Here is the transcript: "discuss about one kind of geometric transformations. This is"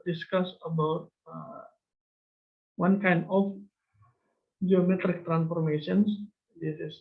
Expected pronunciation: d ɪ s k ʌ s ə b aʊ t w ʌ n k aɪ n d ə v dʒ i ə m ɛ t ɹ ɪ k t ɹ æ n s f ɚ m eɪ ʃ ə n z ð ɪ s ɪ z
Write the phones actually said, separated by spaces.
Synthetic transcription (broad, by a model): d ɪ s k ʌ s ə b aʊ t w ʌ n k aɪ n d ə f dʒ i ə m ɛ t ɹ ɪ k t ɹ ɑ n s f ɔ m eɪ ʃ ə n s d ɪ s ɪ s